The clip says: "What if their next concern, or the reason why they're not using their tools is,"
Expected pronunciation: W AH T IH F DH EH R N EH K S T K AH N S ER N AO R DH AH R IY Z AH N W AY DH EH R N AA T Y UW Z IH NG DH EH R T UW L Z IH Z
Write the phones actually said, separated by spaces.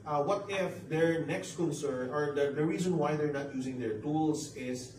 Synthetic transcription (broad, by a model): W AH T IH F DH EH R N EH K S T K AH N S ER N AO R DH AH R IY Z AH N W AY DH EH R N AA T Y UW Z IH NG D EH R T UW L S IH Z